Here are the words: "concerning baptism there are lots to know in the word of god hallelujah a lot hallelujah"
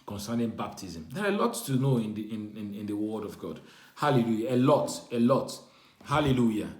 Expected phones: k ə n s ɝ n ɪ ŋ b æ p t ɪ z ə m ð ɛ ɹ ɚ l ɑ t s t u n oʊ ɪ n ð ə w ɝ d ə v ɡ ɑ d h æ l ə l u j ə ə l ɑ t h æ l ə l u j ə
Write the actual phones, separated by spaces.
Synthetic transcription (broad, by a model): k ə n s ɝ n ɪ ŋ b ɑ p t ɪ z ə m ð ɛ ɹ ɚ l ɑ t t u n oʊ ɪ n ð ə w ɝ d ə v ɡ ɑ d h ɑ l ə l u j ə ə l ɑ t h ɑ l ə l u j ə